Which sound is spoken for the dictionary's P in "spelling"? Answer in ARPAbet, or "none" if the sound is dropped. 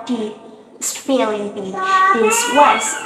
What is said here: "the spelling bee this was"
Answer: F